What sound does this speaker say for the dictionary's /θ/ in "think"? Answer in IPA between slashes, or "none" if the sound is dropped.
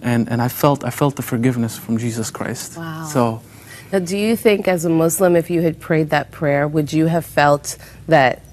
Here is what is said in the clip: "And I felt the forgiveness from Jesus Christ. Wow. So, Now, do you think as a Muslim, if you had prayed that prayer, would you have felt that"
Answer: /θ/